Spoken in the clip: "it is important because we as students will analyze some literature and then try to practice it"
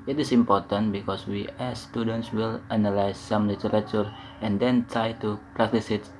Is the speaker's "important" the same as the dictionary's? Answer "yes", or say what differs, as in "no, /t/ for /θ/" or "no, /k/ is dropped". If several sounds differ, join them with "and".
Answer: yes